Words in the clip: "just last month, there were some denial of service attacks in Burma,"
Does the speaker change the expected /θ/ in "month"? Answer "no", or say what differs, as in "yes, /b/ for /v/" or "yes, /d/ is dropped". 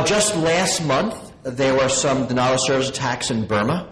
no